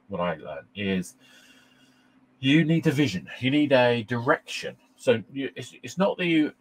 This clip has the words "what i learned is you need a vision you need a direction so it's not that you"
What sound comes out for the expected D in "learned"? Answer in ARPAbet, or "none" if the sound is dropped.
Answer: none